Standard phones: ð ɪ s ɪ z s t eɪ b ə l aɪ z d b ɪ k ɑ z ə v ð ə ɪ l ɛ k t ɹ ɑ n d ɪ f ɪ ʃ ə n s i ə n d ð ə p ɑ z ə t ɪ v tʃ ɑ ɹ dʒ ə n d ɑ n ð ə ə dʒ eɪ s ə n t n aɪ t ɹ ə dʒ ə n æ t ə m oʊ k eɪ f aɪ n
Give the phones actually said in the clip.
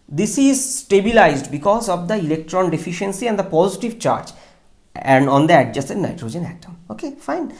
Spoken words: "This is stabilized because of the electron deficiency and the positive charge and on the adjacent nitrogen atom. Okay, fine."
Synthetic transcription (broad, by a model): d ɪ s ɪ z s t eɪ b ə l aɪ z d b ɪ k ɑ z ə v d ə ɪ l ɛ k t ɹ ɑ n d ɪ f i ʃ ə n s i ə n d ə p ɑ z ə t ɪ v tʃ ɑ ɹ dʒ ə n d ɑ n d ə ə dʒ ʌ s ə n n aɪ t ɹ ə dʒ ə n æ t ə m oʊ k eɪ f aɪ n